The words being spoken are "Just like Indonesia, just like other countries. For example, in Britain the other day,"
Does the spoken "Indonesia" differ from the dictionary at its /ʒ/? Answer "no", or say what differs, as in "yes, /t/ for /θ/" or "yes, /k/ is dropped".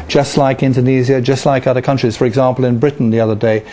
yes, /z/ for /ʒ/